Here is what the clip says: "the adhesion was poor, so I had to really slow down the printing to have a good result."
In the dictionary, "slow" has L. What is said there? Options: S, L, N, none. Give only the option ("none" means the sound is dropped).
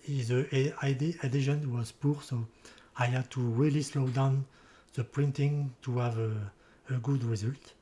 L